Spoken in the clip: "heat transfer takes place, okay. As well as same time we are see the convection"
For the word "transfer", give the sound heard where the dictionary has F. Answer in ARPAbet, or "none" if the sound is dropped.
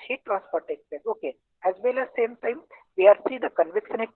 P